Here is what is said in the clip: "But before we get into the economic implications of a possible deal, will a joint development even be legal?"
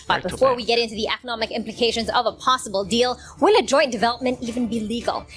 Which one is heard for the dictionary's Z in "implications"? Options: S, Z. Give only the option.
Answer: Z